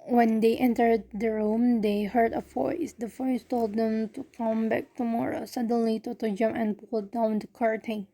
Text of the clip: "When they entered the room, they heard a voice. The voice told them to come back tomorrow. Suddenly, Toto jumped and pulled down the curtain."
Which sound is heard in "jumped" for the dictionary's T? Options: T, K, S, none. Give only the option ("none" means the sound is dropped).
none